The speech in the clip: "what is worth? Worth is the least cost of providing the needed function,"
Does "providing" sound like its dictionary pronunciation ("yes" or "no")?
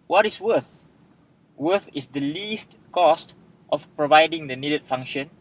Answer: yes